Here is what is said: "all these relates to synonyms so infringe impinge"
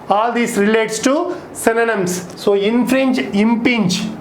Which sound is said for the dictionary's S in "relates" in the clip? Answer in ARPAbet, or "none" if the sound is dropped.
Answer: S